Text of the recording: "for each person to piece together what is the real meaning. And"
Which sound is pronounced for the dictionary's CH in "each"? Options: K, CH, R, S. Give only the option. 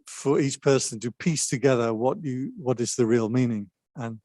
CH